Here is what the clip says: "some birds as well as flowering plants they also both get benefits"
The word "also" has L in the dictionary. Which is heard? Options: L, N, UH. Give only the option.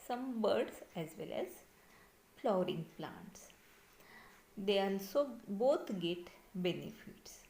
N